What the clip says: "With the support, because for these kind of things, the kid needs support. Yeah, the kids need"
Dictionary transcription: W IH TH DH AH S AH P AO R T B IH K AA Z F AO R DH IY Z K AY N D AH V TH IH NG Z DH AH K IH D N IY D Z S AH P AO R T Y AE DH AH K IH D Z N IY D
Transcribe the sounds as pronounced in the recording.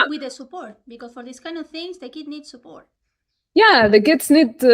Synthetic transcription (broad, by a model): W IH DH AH S AH P AO R T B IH K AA S F AO R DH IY S K AY N D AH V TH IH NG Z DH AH K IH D N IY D S AH P AO R T Y AE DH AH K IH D S N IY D